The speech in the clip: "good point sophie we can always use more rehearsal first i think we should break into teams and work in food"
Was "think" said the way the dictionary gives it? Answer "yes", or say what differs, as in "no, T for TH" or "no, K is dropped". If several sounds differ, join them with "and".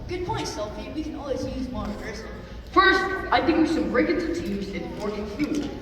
yes